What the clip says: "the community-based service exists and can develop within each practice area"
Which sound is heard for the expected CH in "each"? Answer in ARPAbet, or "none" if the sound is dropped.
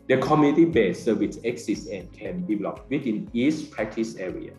S